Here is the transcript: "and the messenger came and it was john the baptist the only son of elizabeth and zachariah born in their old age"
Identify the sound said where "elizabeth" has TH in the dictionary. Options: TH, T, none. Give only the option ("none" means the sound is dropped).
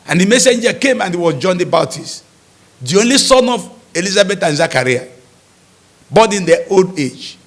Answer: T